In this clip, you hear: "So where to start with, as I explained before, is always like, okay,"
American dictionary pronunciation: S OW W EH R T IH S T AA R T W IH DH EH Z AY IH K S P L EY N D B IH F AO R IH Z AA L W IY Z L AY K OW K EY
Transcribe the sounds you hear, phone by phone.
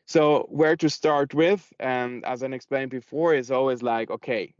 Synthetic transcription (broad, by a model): S OW W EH R T IH S T AA R T W IH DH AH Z AY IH K S P L EY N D B IH F AO R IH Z AA L W IY Z L AY K OW K EY